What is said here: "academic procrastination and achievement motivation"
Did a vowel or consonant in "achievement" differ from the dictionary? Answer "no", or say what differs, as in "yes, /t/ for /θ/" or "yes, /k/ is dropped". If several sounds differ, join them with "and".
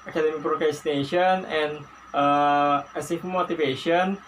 yes, /tʃ/ is dropped